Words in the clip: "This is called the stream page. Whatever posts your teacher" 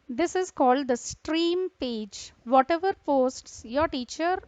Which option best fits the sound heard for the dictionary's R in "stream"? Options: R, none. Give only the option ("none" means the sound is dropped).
R